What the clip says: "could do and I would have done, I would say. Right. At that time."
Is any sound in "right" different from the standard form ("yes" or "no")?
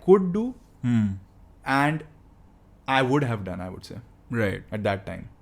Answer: no